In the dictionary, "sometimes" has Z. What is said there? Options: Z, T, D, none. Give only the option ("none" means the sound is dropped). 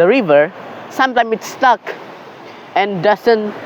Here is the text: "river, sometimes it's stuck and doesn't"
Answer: none